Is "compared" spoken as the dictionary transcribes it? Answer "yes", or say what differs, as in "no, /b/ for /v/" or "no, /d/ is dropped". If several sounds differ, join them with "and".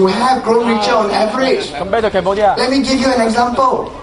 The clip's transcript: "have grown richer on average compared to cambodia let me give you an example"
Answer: no, /b/ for /p/